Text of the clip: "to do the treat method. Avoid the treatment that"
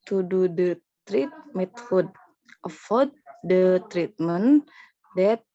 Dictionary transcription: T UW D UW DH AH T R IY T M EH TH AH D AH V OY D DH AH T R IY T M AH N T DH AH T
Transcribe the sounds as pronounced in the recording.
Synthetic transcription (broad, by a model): T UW D UW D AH T R IY T M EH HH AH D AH F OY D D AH T R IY T M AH N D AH T